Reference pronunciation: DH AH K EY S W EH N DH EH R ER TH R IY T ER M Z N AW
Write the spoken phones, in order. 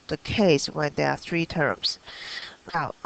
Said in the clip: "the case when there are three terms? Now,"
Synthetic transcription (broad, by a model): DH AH K EY S W EH N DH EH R TH R IY T ER M Z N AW